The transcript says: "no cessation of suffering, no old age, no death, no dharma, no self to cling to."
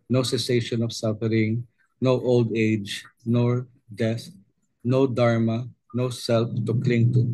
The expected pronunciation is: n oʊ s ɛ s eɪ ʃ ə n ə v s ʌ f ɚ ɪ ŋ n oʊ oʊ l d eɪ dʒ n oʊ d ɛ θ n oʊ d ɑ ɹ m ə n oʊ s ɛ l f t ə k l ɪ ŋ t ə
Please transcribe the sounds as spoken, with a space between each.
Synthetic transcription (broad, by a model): n oʊ s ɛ s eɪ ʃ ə n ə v s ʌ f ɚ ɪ ŋ n oʊ oʊ l d eɪ dʒ n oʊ d ɛ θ n oʊ d ɑ ɹ m ə n oʊ s ɛ l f t ə k l ɪ ŋ t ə